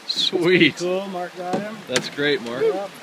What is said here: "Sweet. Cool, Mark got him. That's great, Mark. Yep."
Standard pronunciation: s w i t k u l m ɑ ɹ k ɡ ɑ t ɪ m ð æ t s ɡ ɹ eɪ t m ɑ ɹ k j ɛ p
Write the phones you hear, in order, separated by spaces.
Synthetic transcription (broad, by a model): s w i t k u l m ɑ ɹ k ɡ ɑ ɪ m ð æ t s ɡ ɹ eɪ t m ɑ ɹ k